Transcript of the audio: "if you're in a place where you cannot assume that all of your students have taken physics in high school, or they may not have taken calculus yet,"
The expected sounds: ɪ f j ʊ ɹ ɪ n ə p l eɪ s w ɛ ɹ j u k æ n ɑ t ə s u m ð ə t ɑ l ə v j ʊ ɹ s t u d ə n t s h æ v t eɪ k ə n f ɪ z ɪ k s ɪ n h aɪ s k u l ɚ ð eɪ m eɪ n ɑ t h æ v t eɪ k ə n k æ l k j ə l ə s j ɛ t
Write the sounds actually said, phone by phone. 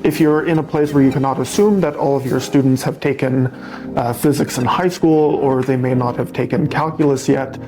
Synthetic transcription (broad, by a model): ɪ f j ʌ ɹ ɪ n ə p l eɪ s w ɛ ɹ j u k æ n ɑ t ə s u m ð ə t ɑ l ə v j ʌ ɹ s t u d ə n t s h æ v t eɪ k ə n f ɪ z ɪ k s ɪ n h aɪ s k u l ɚ ð eɪ m eɪ n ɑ t h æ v t eɪ k ə n k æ l k j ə l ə s j ɛ t